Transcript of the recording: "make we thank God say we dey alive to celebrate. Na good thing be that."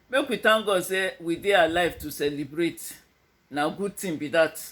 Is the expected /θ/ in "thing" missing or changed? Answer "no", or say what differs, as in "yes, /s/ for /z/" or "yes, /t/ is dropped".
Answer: yes, /t/ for /θ/